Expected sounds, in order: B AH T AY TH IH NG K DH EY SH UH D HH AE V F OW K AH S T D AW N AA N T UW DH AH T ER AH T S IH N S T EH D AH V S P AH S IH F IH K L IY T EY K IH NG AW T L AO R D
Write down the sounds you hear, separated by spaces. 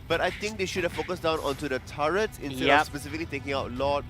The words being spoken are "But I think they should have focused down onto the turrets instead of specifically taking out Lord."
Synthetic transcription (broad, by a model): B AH T AY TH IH NG K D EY SH UH D HH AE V F OW K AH S D AW N AA N T UW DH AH T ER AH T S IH N T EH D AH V S P AH S IH F IH K L IY T EY K IH NG AW T L AO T